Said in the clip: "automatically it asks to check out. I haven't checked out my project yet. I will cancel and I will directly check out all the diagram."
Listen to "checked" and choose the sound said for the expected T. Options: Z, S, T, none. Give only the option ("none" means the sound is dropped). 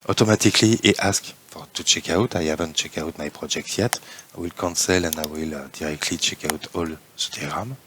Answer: none